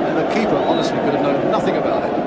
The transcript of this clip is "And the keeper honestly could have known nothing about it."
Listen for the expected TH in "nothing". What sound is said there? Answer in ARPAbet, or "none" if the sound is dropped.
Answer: TH